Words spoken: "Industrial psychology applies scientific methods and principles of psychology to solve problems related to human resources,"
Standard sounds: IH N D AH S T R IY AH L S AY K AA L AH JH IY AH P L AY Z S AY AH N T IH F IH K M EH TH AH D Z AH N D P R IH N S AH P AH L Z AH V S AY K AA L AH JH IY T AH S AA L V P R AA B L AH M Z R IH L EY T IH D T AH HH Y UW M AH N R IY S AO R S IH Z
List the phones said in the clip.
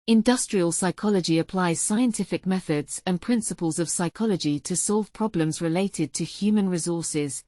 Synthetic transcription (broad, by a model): IH N D AH S T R IY AH L S AY K AA L AH JH IY AH P L AY Z S AY AH N T IH F IH K M EH TH AH D Z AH N P R IH N S AH P AH L Z AH V S AY K AA L AH JH IY T AH S AA L V P R AA B L AH M Z R IH L EY T IH D T AH HH Y UW M AH N R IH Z AO S IH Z